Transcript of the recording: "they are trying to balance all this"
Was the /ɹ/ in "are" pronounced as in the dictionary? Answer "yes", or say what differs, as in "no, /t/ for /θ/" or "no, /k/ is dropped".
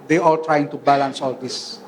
no, /l/ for /ɹ/